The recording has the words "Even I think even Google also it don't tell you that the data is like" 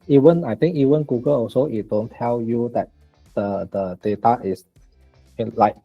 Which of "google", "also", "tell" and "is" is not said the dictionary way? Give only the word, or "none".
is